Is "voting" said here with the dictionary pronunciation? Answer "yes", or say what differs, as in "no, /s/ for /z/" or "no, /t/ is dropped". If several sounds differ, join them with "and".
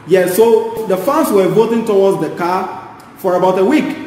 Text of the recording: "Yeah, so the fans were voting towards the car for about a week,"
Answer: yes